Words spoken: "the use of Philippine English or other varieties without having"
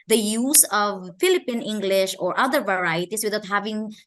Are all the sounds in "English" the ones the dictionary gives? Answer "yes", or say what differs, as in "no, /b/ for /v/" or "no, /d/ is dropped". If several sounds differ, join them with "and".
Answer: yes